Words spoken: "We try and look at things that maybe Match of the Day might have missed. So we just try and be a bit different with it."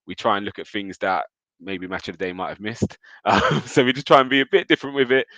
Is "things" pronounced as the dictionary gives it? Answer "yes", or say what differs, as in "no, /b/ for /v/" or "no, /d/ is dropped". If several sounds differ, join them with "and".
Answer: yes